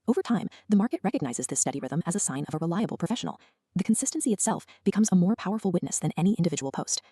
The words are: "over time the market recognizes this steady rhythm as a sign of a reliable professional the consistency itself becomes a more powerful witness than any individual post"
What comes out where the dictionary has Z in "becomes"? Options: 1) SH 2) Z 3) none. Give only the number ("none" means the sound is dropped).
2